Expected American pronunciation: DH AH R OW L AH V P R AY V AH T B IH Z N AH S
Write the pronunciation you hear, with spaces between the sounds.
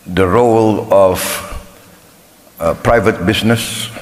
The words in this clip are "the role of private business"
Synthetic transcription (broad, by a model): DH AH R OW L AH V P R AY V AH T B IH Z N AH S